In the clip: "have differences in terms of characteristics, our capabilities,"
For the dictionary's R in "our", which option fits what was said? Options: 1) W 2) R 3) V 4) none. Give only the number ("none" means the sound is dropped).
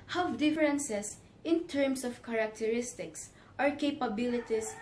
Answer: 2